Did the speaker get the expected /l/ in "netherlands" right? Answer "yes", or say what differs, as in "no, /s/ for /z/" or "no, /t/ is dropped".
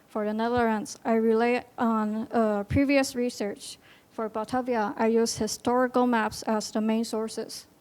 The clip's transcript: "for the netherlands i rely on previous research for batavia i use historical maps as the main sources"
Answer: no, /l/ is dropped